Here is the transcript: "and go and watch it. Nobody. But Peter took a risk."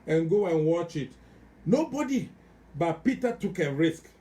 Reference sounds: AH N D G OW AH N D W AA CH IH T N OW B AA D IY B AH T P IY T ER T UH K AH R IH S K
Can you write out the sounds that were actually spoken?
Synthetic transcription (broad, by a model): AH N G OW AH N W AA CH IH T N OW B AA D IY B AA T P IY T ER T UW K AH R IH S K